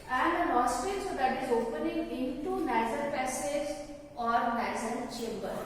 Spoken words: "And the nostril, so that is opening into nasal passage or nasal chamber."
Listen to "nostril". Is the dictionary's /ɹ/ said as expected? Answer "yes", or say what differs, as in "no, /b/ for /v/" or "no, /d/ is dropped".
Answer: no, /ɹ/ is dropped